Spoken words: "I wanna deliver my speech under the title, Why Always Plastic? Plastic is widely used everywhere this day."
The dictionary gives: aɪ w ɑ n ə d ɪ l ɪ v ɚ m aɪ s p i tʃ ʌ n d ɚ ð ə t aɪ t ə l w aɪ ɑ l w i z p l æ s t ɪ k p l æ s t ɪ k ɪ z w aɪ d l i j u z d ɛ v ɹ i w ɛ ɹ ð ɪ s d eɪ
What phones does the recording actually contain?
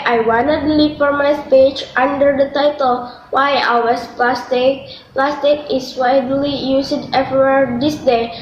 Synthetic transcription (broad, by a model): aɪ w ɑ n ə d l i f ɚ m aɪ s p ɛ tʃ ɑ n d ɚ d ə t aɪ t ə l w aɪ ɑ w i s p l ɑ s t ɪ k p l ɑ s t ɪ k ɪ s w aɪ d l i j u s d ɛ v i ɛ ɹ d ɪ s d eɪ